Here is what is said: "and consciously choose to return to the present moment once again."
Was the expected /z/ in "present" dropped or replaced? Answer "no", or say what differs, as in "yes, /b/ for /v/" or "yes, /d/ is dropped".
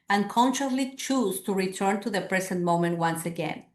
yes, /s/ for /z/